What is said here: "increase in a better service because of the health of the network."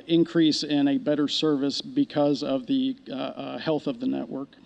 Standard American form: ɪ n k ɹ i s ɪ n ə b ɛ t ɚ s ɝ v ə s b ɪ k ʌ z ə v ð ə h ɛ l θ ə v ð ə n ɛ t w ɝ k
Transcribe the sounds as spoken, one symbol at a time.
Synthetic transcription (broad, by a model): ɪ n k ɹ i s ɪ n ə b ɛ t ɚ s ɝ v ə s b ɪ k ʌ z ə v ð ə h ɛ l θ ə v ð ə n ɛ t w ɝ k